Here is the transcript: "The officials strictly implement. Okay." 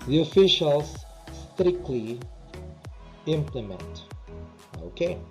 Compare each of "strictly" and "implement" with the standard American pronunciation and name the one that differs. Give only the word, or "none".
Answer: none